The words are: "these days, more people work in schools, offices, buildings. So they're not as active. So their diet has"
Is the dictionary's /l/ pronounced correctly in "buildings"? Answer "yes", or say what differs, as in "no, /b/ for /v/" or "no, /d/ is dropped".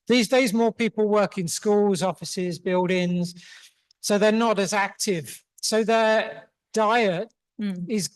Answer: yes